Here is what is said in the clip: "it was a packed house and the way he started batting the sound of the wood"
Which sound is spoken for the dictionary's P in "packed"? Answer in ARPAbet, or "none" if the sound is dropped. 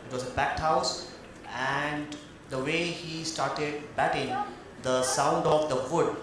B